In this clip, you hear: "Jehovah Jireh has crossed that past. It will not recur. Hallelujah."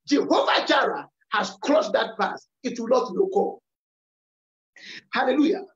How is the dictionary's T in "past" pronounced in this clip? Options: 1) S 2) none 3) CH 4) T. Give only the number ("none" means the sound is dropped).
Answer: 2